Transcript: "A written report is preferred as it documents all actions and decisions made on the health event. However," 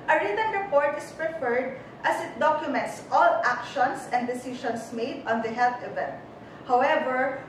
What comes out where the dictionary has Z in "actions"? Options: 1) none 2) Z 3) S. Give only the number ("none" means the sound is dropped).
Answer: 3